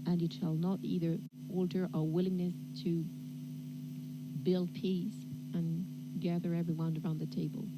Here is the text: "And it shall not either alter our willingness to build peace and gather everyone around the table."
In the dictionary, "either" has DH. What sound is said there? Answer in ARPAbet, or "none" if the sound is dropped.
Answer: DH